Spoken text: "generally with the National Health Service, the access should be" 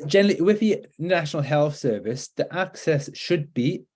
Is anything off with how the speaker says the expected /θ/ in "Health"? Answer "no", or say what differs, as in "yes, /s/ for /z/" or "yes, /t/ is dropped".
no